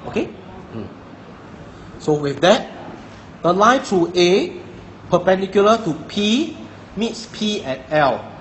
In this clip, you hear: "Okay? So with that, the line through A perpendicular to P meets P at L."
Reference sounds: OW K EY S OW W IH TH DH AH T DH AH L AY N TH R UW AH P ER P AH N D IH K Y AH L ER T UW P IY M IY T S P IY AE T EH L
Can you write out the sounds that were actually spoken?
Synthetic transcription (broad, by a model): OW K EY S OW W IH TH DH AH T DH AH L AY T R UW AH P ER P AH N D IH K Y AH L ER T UW P IY M IY T S P IY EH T EH L